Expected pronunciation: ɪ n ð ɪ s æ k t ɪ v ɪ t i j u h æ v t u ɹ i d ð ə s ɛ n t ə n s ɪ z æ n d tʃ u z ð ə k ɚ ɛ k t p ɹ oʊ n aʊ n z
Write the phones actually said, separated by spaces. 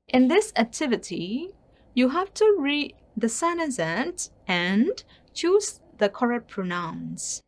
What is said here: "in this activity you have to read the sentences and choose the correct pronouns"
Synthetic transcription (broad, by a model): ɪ n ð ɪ s æ k t ɪ v ɪ t i j u h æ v t u ɹ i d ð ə s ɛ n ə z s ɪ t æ n tʃ u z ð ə k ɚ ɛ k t p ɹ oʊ n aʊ n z